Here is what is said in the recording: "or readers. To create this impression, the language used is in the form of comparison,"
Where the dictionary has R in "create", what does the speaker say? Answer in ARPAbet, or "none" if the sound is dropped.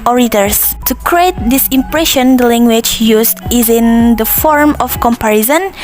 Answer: R